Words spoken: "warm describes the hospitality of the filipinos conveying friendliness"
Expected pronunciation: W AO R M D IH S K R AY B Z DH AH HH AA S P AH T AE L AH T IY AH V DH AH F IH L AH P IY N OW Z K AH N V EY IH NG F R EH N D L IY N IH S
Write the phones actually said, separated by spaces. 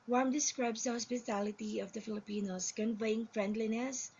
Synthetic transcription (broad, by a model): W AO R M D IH S K R AY B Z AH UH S B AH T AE L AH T IY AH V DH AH F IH L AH P IY N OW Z K AH N V EY IH NG F R EH N D L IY N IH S